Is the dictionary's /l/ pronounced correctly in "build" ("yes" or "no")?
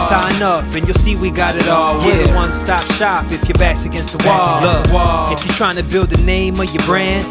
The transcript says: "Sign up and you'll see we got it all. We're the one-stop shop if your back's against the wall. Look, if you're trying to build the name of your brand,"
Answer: yes